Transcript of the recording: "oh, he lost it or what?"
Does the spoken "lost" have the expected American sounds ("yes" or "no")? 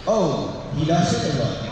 no